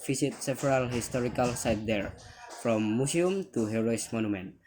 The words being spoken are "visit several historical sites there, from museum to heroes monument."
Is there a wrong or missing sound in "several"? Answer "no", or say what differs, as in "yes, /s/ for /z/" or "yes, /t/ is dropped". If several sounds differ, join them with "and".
yes, /p/ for /v/